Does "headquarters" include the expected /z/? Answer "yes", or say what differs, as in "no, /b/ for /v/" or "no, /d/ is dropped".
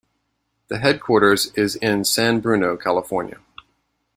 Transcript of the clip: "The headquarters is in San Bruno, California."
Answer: yes